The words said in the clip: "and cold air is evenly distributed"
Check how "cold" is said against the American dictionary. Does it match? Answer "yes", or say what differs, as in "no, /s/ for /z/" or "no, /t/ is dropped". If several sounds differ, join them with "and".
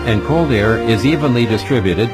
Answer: yes